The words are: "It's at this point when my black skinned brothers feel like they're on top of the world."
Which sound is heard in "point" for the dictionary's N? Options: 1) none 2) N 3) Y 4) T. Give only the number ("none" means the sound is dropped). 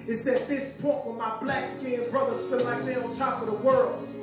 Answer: 1